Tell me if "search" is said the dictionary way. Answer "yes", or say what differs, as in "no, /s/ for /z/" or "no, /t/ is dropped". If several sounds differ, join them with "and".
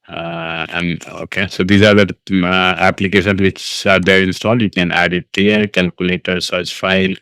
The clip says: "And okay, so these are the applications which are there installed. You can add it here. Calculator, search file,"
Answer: no, /s/ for /tʃ/